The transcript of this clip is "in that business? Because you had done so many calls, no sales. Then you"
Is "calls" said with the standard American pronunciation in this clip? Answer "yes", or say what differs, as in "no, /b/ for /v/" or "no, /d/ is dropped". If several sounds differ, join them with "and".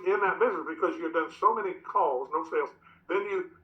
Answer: yes